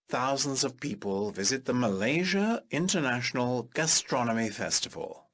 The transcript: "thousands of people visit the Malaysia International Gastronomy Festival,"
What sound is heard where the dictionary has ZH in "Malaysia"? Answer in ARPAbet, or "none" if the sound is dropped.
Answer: ZH